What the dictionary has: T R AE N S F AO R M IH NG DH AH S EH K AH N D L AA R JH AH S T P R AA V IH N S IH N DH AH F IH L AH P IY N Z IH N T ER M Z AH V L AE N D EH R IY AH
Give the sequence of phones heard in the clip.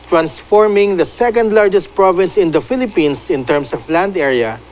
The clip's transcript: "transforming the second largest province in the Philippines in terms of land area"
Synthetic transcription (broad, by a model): T R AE N S F AO R M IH NG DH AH S EH K AH N D L AA R JH AH S T P R AA V IH N S IH N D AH F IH L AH P IY N S IH N T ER M S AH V L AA N D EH R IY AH